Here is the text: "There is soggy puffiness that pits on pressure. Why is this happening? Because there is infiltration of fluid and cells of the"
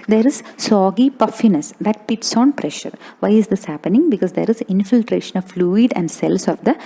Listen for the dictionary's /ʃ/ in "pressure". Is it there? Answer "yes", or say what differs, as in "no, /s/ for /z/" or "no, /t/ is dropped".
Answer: yes